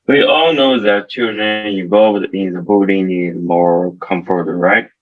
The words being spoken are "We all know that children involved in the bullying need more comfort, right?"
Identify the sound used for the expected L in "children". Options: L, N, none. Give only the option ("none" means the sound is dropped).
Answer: none